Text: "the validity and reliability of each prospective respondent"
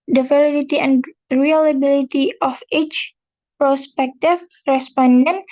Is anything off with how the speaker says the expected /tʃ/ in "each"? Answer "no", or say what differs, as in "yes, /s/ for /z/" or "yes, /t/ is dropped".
no